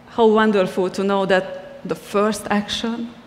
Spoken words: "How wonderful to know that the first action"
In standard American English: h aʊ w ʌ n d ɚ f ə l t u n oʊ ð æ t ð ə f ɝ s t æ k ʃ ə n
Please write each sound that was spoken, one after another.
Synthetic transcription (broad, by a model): h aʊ w ʌ n d ɚ f ə l t u n oʊ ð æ t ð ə f ɝ s t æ k ʃ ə n